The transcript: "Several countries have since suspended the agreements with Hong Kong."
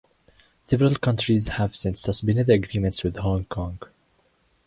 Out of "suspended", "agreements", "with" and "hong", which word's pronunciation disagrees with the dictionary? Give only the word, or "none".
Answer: suspended